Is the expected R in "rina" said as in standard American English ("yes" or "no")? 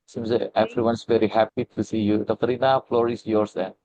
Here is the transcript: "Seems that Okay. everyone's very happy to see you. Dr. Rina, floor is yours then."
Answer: yes